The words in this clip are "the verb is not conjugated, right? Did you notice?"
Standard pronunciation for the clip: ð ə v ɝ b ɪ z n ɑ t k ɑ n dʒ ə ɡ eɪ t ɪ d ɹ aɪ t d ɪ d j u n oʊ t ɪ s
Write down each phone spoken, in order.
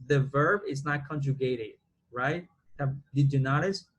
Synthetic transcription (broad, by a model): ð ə v ɝ b ɪ z n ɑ t k ɑ n dʒ ə ɡ eɪ t ɪ d ɹ aɪ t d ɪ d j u n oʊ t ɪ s